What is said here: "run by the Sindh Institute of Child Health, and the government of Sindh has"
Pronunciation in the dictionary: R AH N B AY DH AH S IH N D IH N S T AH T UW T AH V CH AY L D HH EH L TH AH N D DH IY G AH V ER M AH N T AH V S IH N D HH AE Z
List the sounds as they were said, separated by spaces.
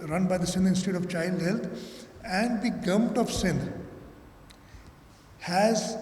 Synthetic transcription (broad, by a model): R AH N B AY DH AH S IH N IH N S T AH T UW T AH V CH AY L D HH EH L T AH N D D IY G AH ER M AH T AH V S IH N HH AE Z